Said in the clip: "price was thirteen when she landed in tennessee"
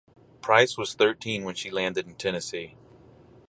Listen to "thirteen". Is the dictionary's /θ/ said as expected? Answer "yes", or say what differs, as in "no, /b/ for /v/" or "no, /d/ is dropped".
yes